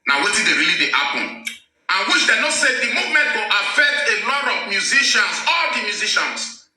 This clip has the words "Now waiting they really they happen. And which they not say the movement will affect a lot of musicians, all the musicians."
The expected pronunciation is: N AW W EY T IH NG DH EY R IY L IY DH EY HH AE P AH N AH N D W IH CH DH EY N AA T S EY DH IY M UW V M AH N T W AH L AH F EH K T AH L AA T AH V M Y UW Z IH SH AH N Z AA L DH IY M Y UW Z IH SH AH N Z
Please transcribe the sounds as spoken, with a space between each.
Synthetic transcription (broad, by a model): N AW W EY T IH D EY R IY L IY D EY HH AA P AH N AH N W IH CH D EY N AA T S EY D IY M UW V M AH N T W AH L AH F EH K T AH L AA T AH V M Y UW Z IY SH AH N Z AA L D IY M Y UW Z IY SH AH N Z